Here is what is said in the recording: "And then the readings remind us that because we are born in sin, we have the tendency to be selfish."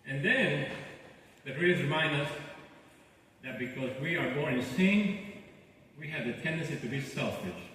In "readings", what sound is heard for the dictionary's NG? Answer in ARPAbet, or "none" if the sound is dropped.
none